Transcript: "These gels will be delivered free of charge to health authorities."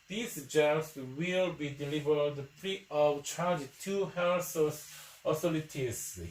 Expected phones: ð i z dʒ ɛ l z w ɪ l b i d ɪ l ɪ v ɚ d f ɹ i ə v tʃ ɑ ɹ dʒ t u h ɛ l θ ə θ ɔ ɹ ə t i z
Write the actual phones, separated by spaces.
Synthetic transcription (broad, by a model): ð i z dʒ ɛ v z w ɪ l b i d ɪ l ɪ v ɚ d p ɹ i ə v tʃ ɑ ɹ dʒ t u h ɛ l s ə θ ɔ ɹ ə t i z